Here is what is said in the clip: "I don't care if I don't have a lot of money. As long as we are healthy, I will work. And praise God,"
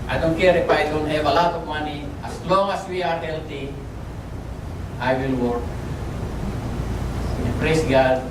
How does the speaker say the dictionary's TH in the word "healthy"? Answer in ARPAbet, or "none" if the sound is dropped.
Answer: T